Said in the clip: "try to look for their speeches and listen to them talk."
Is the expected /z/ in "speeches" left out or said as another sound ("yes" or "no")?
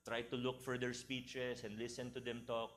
yes